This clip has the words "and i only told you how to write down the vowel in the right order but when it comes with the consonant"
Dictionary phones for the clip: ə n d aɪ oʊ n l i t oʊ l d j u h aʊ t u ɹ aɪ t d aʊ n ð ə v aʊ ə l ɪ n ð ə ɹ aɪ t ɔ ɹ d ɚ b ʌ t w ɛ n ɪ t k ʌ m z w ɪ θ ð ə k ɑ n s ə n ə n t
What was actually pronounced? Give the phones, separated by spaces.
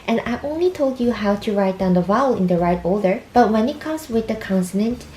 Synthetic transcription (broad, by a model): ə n aɪ oʊ n l i t oʊ l d j u h aʊ t u ɹ aɪ t d aʊ n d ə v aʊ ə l ɪ n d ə ɹ aɪ t ɔ l d ɚ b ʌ t w ɛ n ɪ t k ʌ m s w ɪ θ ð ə k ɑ n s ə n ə n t